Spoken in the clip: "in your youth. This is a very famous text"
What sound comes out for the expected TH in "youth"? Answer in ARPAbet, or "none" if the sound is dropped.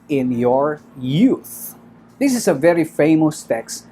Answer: TH